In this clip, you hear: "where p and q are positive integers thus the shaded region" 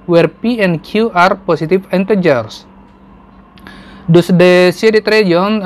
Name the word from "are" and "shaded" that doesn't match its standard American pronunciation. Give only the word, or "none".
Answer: shaded